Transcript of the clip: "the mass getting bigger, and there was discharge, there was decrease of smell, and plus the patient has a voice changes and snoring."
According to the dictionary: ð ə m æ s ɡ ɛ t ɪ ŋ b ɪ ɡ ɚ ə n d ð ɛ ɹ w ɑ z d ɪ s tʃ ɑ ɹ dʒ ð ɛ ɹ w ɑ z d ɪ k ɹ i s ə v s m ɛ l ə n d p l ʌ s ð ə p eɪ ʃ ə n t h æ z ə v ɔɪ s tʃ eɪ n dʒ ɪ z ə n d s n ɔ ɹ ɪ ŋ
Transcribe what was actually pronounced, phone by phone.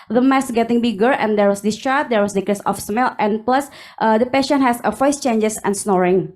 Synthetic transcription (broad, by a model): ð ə m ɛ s ɡ ɛ t ɪ ŋ b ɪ ɡ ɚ ə n d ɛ ɹ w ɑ s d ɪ s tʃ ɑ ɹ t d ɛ ɹ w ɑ s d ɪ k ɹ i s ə f s m ɛ l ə n p l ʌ s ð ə p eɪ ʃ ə n h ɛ s ə f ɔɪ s tʃ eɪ n dʒ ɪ s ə n s n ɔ ɹ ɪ ŋ